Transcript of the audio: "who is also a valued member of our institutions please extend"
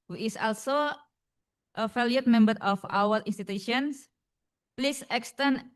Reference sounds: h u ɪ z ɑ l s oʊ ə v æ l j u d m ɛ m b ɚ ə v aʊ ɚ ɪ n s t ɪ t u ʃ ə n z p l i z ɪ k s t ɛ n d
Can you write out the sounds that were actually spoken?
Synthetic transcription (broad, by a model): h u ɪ s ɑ l s oʊ ə f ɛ l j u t m ɛ m b ɚ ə f aʊ ɚ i n s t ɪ t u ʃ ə n s p l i s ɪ k s t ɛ n